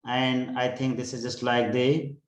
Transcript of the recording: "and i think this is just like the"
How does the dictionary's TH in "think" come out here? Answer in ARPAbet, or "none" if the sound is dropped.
T